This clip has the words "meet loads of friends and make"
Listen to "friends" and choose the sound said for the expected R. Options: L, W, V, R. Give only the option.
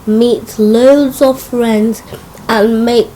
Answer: R